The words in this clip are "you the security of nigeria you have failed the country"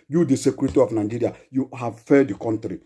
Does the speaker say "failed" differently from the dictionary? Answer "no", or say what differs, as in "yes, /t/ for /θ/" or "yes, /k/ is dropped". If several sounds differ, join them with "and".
yes, /l/ is dropped